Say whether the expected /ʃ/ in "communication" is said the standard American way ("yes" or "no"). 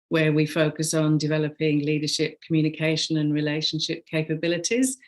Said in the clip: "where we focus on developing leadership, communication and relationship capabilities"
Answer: yes